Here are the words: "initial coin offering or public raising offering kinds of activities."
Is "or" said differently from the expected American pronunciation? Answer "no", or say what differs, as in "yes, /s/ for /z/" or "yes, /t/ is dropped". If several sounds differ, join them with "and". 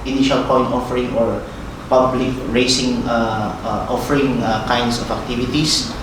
no